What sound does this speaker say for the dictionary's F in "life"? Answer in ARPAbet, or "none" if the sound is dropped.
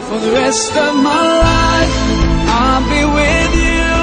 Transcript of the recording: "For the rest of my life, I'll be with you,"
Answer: none